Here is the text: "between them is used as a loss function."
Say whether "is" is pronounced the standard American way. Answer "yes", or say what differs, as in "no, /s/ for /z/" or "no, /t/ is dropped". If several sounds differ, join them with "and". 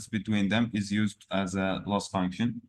yes